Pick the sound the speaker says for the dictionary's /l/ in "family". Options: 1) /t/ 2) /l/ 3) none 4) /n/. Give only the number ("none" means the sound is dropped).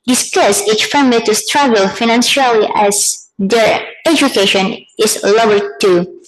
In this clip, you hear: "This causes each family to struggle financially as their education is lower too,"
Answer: 3